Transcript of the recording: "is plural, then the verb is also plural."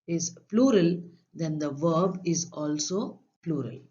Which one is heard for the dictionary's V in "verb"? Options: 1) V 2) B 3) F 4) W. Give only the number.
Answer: 1